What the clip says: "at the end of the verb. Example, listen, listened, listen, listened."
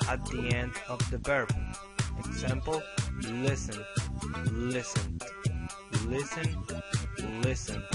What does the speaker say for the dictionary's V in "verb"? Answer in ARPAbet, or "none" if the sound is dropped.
B